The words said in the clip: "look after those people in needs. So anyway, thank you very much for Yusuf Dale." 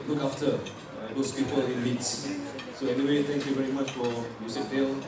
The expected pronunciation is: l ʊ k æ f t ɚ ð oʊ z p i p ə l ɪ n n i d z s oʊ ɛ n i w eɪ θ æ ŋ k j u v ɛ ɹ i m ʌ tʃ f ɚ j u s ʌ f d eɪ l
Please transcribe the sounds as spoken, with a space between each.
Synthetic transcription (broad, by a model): l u k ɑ f t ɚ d oʊ s p i p ə l ɪ n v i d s s oʊ ɛ n i w eɪ t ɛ ŋ k j u v ɛ ɹ i m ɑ tʃ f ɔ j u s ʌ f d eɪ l